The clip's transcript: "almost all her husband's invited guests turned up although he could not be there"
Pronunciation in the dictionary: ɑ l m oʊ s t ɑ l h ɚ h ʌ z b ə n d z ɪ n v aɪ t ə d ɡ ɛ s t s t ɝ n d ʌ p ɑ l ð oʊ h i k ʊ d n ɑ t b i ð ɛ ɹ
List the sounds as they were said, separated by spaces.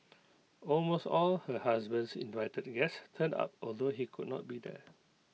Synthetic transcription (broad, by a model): ɑ l m oʊ s t ɑ l h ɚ h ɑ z b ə n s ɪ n v aɪ t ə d ɡ ɛ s s t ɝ n ɑ p ɑ l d oʊ h i k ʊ d n ɑ t b i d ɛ